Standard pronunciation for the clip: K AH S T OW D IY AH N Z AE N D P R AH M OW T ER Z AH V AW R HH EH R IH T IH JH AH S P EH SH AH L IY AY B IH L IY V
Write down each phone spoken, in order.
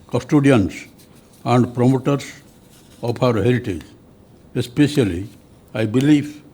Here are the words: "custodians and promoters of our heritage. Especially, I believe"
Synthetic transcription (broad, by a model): K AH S T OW D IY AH N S AE N D P R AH M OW T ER S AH P AW R HH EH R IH T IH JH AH S P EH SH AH L IY AY B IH L IY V